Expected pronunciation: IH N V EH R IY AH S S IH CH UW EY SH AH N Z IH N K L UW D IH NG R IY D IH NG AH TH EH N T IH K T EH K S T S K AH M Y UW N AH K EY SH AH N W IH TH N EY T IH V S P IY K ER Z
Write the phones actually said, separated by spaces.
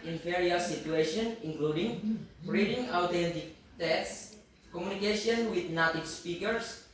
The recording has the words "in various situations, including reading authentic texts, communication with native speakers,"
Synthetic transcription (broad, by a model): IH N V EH R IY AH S S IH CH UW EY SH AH N IH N K L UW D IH NG R IY D IH NG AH T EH N T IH K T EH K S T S K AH M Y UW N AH K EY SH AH N W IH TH N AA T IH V S P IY K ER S